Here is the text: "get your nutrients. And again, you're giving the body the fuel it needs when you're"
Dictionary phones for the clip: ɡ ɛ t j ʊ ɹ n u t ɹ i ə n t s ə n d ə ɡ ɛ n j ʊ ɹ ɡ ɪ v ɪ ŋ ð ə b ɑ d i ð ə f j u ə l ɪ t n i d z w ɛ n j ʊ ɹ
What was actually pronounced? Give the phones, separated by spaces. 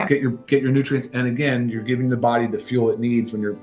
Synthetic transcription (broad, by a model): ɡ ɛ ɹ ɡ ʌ ɹ n u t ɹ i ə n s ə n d ə ɡ ɛ n j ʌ ɹ ɡ ɪ v ɪ ŋ ð ə b ɑ d i ð ə f j u l ɪ t n i d z w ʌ n j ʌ ɹ